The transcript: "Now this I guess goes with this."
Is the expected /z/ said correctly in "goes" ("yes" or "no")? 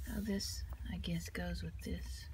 yes